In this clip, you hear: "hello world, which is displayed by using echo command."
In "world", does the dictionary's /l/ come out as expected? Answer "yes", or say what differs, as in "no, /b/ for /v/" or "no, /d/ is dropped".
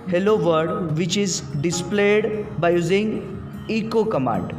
no, /l/ is dropped